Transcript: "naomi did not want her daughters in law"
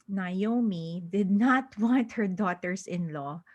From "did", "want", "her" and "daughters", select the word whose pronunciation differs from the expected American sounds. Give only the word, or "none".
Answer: daughters